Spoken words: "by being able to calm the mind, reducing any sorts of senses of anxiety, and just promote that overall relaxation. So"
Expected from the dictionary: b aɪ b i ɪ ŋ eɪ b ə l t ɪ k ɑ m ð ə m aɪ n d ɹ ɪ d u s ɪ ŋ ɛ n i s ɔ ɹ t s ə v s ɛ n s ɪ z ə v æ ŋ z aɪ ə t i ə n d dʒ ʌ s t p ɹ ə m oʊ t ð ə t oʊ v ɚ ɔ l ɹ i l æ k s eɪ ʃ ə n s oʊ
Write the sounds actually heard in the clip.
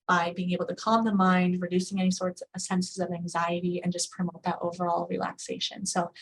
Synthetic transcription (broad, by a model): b aɪ b i ɪ ŋ eɪ b l t ɪ k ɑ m ð ə m aɪ n d ɹ ɪ d u s ɪ ŋ ɛ n i s ɔ ɹ t s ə s ɛ n s ɪ z ə v æ ŋ z aɪ ə t i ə n dʒ ʌ s p ɹ ə m oʊ t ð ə t oʊ v ɚ ɔ l ɹ i l æ k s eɪ ʃ ə n s oʊ